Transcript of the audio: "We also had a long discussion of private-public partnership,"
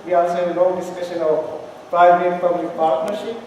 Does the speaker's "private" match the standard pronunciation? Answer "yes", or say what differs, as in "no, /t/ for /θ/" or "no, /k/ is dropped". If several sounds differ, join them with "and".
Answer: no, /b/ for /v/